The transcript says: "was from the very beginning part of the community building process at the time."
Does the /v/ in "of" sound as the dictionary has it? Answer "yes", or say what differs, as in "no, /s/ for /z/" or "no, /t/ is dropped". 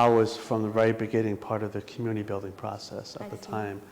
yes